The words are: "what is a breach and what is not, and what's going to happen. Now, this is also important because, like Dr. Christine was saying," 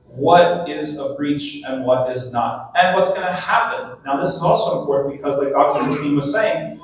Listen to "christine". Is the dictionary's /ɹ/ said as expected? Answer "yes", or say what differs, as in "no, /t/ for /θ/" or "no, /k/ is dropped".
no, /ɹ/ is dropped